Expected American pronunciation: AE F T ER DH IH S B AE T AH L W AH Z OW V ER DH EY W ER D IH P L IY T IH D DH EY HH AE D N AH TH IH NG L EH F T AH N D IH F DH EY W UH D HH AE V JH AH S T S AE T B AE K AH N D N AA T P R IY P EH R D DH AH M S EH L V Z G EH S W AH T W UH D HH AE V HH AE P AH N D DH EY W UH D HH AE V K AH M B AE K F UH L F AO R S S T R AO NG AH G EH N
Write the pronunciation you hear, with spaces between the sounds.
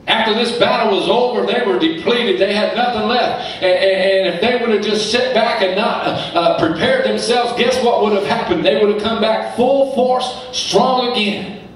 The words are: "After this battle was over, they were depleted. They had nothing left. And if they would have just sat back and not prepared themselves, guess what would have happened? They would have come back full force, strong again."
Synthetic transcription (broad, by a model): AE F T ER DH IH S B AE T L W AH Z OW V ER DH EY W ER D IH P L IY T IH D DH EY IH D N AH TH IH NG L EH F T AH N IH F DH EY W UH D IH V JH AH S T S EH T B AE K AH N N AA T P R IY P EH R D DH AH M S EH L V Z G EH S W AH T W UH D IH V HH AE P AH N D DH EY W UH D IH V K AH M B AE K F UH L F AO R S S T R AO NG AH G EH N